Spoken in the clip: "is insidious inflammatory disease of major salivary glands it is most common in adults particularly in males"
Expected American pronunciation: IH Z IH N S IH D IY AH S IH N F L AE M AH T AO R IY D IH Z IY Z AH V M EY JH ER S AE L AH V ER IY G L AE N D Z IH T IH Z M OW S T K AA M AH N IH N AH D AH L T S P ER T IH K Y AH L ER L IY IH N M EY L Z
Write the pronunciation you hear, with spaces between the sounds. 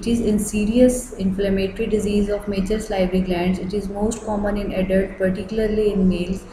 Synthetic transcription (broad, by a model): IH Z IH N S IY D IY AH S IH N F L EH M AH T R IY D IH Z IY Z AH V M EY CH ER S L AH B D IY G L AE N D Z IH T IH Z M OW S T K AA M AH N IH N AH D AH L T P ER T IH K Y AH L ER L IY IH N M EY L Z